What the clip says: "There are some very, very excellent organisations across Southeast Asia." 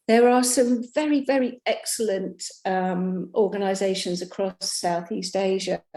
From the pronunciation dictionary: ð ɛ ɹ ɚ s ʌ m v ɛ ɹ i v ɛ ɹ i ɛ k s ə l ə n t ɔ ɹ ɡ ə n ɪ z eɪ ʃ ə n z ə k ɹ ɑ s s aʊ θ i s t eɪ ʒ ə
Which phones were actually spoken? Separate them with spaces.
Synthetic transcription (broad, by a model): ð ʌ ɹ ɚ s ʌ m v ɛ ɹ i v ɛ ɹ i ɛ k s ə l ə n t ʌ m ɡ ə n ɪ z eɪ ʃ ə n z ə k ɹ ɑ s s aʊ θ i s t eɪ ʒ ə